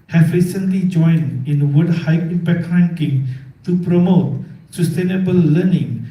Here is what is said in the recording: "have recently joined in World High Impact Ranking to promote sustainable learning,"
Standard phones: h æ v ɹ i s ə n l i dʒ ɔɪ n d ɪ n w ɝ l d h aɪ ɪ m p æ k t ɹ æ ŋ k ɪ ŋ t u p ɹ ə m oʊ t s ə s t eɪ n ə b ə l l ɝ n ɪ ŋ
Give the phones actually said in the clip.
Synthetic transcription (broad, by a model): h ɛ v ɹ i s ə n l i dʒ ɔɪ n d ɪ n w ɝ d h aɪ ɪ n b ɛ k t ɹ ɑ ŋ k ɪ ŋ t u p ɹ ə m oʊ t s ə s t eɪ n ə b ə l l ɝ n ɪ ŋ